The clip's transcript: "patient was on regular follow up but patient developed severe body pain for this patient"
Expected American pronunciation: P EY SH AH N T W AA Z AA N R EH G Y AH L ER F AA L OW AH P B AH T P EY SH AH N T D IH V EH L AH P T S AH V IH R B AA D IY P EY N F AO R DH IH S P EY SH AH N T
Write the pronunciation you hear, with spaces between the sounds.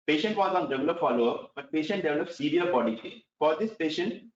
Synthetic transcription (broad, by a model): P EY SH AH N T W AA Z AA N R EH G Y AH L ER F AA L OW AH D B AH T P EY SH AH N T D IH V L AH T S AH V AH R B AA D IY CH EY F AO R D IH S P EY SH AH N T